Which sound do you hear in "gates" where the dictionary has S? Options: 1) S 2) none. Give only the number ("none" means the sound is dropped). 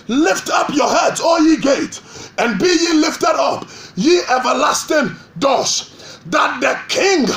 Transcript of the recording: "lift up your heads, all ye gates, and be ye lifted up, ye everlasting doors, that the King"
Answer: 2